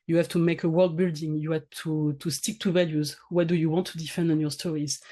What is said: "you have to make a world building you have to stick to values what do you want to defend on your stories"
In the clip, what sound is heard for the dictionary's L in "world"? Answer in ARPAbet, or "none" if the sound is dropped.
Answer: L